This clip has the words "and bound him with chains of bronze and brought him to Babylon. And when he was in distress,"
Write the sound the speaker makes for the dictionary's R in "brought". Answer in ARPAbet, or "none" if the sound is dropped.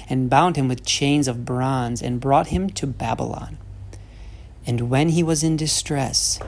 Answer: R